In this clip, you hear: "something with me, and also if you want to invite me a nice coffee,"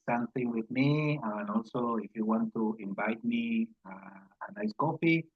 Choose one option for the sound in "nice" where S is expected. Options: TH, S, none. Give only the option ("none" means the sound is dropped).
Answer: S